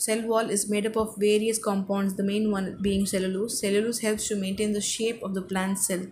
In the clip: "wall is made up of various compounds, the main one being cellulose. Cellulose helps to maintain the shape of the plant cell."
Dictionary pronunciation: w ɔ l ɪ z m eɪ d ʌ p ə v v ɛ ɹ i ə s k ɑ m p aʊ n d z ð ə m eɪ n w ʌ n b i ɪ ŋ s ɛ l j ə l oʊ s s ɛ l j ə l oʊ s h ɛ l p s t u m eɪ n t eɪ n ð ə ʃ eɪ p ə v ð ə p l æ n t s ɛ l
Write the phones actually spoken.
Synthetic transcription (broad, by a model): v ɔ l ɪ z m eɪ d ʌ p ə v v ɛ ɹ i ə s k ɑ m p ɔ n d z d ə m eɪ n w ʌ n b i ɪ ŋ s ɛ l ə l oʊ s s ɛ l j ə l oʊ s h ɛ l p s t u m eɪ n t eɪ n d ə ʃ eɪ p ə v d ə p l æ n t s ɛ l